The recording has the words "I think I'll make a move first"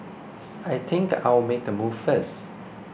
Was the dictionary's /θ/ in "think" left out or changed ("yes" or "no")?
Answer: yes